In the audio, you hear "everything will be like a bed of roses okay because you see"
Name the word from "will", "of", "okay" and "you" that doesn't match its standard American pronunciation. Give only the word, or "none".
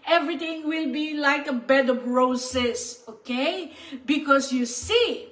of